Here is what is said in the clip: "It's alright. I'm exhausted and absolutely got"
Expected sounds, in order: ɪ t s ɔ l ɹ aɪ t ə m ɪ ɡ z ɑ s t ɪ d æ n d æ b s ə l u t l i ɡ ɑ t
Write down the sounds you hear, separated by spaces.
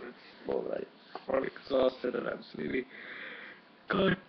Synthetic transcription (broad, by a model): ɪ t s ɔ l aɪ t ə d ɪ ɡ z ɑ s t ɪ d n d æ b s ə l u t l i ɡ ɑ